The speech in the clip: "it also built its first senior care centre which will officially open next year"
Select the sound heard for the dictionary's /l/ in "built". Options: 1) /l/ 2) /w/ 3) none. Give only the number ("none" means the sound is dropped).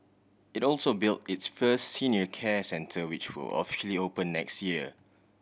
1